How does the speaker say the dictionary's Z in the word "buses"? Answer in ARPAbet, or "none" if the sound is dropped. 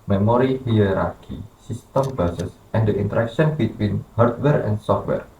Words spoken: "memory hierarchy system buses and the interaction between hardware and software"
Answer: S